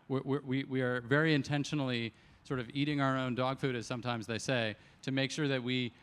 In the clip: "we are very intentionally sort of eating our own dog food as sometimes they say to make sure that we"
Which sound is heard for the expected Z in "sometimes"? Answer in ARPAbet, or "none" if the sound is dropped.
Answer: Z